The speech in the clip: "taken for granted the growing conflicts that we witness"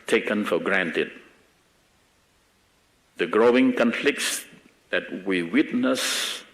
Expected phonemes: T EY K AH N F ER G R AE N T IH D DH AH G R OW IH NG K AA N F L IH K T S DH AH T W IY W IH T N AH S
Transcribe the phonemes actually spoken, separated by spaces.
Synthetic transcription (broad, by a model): T EY K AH N F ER G R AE N T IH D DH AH G R OW IH NG K AA N F L IH K T S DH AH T W IY W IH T N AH S